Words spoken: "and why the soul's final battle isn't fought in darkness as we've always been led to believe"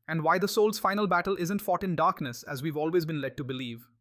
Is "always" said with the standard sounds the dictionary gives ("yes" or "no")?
yes